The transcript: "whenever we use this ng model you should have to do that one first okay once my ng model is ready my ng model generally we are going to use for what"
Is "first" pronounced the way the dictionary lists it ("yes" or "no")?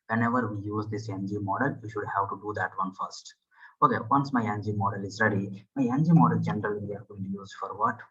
yes